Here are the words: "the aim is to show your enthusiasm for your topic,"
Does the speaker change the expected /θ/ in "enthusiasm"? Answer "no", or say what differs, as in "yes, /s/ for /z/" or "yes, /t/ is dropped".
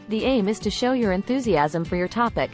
no